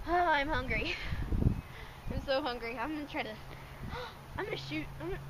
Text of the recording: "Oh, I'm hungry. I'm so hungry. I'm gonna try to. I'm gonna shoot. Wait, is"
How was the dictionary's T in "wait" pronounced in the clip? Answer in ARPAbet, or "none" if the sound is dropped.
none